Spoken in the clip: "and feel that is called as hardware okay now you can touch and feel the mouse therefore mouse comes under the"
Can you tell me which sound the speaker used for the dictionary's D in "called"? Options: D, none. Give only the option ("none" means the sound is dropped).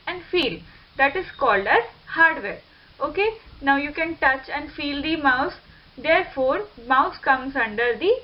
D